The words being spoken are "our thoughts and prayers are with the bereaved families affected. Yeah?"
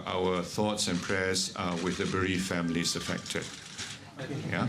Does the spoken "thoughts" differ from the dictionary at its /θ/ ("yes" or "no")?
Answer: no